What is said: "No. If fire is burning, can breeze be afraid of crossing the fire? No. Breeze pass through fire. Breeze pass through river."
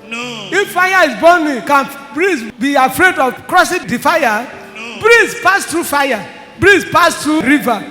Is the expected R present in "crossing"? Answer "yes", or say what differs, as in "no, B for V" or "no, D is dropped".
yes